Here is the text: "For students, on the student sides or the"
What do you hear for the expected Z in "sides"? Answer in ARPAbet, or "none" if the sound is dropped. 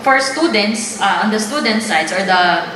S